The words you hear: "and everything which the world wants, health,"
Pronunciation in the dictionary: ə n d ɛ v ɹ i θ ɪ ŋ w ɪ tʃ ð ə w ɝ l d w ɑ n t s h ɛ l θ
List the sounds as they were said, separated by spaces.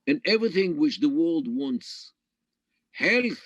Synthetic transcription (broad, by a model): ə n ɛ v ɹ i θ ɪ ŋ w ɪ tʃ ð ə w ɝ l d w ɑ n t s h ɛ l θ